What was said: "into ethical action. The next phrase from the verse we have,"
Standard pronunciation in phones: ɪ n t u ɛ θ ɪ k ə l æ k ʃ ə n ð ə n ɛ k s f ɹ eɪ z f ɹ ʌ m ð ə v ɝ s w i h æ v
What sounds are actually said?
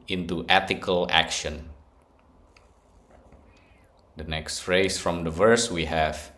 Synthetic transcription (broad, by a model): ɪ n t u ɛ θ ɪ k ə l æ k ʃ ə n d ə n ɛ k s f ɹ eɪ s f ɹ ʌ m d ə v ɝ s w i h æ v